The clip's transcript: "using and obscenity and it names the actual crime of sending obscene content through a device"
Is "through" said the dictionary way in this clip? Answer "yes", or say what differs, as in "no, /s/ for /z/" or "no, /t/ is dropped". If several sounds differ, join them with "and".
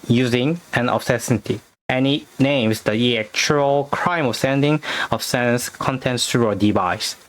no, /t/ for /θ/